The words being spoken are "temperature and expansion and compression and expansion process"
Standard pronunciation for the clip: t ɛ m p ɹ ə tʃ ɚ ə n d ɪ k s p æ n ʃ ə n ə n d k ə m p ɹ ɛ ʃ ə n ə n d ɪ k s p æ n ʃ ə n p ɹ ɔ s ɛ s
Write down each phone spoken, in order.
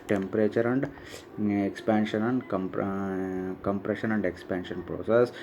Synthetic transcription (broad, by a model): t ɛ m p ɹ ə tʃ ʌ ə n d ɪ k s p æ n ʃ ə n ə n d k ə m p ɹ ɛ ʃ ə n ə n d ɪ k s p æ n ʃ ə n p ɹ ɔ s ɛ s